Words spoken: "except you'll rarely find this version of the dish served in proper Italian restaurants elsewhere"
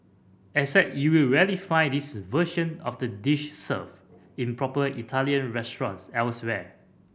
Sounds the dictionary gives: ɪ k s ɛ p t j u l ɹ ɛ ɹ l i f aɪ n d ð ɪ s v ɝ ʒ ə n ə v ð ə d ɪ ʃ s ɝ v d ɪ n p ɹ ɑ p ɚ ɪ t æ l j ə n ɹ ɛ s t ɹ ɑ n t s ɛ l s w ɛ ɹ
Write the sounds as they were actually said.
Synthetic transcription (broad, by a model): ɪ s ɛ t j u l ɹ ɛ l i f aɪ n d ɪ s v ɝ ʃ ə n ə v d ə d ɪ ʃ s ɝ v ɪ n p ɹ ɑ p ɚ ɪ t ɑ l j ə n ɹ ɛ s t ɹ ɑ n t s ɛ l s w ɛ